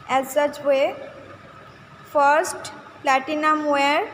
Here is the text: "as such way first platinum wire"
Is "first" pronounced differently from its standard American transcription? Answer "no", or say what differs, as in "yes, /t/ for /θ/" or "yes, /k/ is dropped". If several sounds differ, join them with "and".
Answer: no